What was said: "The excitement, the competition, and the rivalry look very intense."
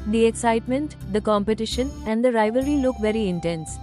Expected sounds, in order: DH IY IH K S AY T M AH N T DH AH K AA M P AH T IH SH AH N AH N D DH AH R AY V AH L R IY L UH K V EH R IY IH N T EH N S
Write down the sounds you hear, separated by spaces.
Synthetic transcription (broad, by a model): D IY IH K S AY T M AH N T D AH K AA M P AH T IH SH AH N AH N D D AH R AY V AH R IY L UH K V EH R IY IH N T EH N S